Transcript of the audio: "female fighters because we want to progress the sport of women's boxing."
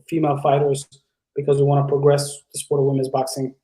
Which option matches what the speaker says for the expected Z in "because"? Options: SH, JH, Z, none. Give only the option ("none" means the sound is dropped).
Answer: Z